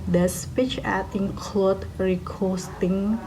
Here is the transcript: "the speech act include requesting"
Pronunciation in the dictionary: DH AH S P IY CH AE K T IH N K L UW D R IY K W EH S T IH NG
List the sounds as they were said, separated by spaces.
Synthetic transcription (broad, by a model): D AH S P IY CH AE T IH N K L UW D R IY K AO S T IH NG